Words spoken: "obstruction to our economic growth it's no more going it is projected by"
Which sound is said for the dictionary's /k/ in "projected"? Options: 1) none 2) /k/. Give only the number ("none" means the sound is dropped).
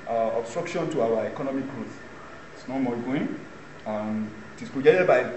1